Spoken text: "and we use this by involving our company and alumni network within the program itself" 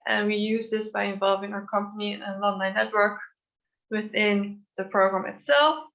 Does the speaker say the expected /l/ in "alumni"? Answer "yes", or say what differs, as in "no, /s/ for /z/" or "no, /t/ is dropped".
no, /n/ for /l/